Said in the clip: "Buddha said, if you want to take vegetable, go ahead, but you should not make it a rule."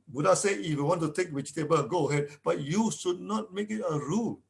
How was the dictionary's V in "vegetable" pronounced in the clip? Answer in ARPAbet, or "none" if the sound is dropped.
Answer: W